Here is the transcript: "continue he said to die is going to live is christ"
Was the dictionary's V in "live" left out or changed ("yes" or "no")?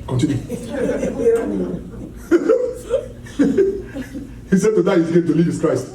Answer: yes